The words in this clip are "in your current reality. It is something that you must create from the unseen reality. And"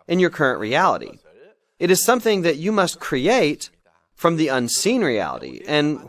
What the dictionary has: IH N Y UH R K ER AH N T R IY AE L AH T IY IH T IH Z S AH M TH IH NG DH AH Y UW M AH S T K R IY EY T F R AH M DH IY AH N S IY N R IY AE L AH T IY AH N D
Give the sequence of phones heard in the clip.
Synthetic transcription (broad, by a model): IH N Y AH R K ER AH N T R IY AE L AH T IY IH T IH Z S AH M TH IH NG DH AH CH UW M AH S T K R IY EY T F R AH M DH IY AH N S IY N R IY AE L AH T IY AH N